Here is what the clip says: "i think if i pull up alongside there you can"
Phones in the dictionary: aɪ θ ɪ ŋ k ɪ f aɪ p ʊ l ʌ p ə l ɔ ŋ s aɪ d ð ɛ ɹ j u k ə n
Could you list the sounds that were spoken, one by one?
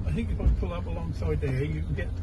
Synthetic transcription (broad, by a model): aɪ θ ɪ ŋ k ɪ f aɪ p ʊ l ʌ p ə l ɔ ŋ s aɪ d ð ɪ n j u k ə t